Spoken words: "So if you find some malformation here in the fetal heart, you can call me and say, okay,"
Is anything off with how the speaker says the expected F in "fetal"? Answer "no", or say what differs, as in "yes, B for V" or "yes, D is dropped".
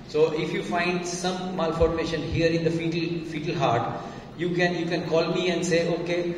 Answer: no